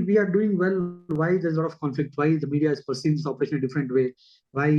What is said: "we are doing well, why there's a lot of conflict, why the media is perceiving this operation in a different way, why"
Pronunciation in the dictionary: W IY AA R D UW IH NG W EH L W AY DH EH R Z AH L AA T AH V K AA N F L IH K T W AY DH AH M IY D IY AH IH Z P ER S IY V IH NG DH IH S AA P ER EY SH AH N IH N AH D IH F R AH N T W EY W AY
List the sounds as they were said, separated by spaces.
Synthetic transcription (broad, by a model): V IY AA R D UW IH NG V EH L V AY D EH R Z L AA T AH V K AA N F L IH K T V AY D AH M IY D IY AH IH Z P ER S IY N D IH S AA P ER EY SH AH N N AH D IH F R AH N T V EY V AY